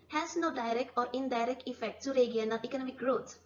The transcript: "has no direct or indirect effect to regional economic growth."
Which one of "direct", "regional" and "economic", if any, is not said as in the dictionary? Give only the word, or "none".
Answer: regional